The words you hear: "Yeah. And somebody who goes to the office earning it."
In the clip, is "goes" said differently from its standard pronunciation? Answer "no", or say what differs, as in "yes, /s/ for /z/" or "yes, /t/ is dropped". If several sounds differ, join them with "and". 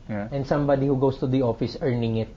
yes, /s/ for /z/